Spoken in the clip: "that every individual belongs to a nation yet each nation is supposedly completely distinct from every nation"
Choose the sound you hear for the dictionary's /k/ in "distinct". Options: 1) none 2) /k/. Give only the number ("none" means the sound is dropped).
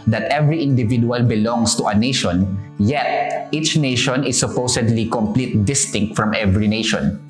2